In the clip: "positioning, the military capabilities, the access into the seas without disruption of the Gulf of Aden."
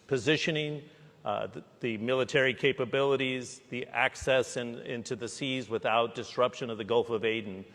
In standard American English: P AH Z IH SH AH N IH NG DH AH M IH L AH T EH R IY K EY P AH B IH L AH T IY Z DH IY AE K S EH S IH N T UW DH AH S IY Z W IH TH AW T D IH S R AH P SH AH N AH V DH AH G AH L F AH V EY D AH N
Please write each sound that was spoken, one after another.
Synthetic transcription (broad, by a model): P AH Z IH SH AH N IH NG DH AH M IH L AH T EH R IY K EY P AH B IH L AH T IY Z DH IY AE K S EH S IH N T UW DH AH S IY Z W IH TH AW T D IH S R AH P SH AH N AH V DH AH G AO L F AH V EY D N